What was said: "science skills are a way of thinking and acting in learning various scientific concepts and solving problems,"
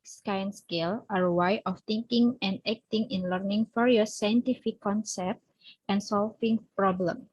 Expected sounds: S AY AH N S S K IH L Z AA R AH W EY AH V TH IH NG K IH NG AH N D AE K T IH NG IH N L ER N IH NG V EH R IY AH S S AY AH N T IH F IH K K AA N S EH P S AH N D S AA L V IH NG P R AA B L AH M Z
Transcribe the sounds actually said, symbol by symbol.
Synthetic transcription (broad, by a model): S AY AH N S S K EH L AA R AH W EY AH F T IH NG K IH NG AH N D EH K T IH NG IH N L ER N IH NG F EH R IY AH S S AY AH N T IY F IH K K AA N S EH P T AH N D S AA L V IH NG P R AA B L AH M